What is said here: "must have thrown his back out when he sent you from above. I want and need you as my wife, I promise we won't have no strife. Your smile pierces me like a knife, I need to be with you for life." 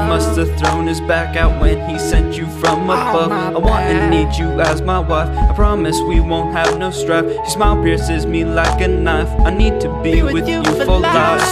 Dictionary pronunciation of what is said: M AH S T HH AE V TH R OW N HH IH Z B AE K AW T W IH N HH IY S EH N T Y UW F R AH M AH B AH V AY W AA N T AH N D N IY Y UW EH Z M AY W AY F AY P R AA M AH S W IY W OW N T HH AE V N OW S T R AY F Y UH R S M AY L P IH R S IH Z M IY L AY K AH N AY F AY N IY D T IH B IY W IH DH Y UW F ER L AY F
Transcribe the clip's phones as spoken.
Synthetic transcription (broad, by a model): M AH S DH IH TH R OW N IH Z B AE K AW T W IH N IY S EH N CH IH F R AH M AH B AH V AY W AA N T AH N N IY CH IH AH Z M AY W AY F AY P R AA M AH S W IY W OW N T HH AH V N OW S T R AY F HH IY S M AY L P IH R S IH Z M IY L AY K AH N AY F AY N IY D T IH B IY W IH DH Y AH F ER L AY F